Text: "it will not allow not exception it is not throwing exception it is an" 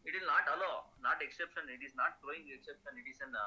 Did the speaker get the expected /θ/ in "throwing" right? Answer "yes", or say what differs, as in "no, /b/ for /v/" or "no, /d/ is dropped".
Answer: no, /t/ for /θ/